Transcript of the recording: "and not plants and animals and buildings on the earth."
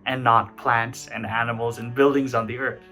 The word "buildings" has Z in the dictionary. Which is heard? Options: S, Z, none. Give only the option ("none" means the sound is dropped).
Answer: Z